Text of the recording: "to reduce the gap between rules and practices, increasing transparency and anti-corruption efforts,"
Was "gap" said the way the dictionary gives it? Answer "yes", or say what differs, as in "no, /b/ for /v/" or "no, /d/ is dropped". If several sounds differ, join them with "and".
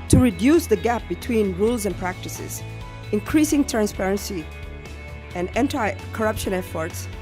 yes